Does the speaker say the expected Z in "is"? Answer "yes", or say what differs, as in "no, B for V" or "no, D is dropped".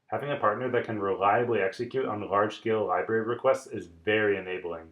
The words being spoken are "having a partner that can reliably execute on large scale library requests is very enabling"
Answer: yes